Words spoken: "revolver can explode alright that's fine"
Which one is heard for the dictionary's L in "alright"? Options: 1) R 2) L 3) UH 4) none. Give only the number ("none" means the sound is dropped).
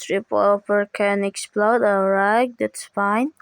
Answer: 4